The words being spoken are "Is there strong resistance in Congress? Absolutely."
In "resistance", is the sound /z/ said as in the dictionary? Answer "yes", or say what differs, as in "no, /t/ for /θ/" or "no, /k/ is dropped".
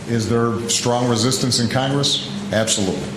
yes